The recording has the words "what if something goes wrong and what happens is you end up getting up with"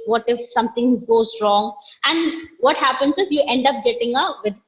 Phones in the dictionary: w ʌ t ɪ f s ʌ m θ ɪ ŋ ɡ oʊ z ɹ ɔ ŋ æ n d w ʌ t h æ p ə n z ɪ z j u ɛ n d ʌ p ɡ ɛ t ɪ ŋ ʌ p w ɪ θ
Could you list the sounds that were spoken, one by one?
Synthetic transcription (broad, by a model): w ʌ t ɪ f s ʌ m t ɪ ŋ ɡ oʊ z ɹ ɔ ŋ æ n d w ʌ t h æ p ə n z ɪ z j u ɛ n d ʌ p ɡ ɛ t ɪ ŋ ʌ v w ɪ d